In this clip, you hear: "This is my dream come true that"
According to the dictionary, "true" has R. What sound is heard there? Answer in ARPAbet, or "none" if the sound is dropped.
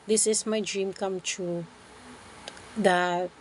none